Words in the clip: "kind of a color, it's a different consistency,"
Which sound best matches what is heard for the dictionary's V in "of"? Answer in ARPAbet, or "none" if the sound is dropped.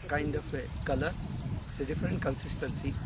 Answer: P